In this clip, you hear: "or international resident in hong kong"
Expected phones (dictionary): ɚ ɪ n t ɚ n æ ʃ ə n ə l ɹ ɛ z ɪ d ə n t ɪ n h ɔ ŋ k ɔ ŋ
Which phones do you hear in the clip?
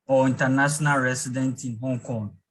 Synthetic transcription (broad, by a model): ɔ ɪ n t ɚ n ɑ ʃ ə n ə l ɹ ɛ s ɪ d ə n t ɪ n h ɔ ŋ k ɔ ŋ